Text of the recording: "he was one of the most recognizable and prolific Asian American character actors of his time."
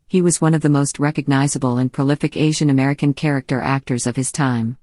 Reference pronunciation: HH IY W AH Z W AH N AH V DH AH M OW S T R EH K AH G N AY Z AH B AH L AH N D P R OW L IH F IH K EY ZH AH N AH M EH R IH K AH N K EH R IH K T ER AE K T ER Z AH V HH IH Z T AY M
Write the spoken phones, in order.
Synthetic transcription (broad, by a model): HH IY W AH Z W AH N AH V DH AH M OW S T R EH K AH G N AY Z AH B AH L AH N P R OW L IH F IH K EY ZH AH N AH M EH R IH K AH N K EH R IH K T ER AE K T ER Z AH V IH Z T AY M